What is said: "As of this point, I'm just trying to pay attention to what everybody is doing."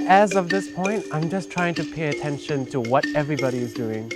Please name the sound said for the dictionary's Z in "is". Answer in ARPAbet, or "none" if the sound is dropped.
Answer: Z